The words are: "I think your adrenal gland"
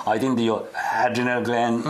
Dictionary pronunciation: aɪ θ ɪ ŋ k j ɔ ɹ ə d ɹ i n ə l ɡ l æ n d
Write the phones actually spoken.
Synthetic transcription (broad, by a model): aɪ t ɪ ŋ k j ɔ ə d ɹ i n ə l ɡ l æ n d